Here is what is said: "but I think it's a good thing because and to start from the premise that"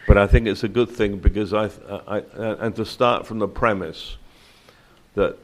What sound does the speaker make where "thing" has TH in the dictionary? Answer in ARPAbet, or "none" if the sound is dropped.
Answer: TH